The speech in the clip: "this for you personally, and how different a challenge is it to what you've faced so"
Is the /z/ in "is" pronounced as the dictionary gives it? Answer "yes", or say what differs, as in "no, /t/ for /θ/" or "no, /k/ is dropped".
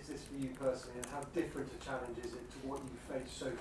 yes